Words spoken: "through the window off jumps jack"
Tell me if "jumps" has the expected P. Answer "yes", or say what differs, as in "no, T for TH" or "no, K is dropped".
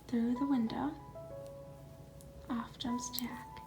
no, P is dropped